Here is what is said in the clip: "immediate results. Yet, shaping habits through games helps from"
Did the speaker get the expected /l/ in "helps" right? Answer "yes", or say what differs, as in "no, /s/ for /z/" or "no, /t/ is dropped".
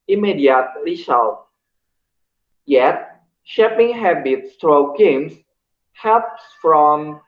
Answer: no, /l/ is dropped